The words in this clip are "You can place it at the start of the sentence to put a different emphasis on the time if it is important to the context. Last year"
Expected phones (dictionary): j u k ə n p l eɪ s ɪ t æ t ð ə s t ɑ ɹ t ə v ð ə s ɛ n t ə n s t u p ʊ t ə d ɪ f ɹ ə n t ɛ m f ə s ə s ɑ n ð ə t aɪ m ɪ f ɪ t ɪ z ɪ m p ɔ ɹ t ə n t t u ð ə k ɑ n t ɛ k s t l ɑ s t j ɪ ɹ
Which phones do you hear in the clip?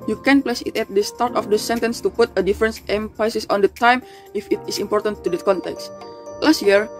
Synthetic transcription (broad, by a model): j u k ə n p l eɪ s ɪ t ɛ t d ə s t ɑ ɹ t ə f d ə s ɛ n t ə n s t u p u t ə d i f ɹ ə n t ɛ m p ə s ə s ɑ n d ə t aɪ m ɪ f ɪ t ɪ s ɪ m p ɔ ɹ t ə n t t u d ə k ɑ n t ɛ k s t l ɑ s t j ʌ ɹ